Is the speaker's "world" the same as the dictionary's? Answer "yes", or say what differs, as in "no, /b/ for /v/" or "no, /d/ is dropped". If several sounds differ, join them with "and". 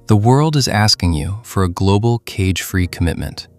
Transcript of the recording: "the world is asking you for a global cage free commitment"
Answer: yes